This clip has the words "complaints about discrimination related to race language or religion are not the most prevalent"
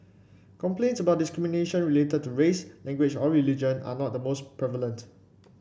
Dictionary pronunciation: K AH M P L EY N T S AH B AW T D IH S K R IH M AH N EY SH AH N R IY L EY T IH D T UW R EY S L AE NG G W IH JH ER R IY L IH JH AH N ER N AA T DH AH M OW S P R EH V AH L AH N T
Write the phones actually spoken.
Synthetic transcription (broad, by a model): K AH M P L EY N T S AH B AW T D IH S K R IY M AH N EY SH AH N R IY L EY T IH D T UW R EY S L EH NG G W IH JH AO R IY L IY JH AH N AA N AA T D AH M OW S P R EH V AH L AH N T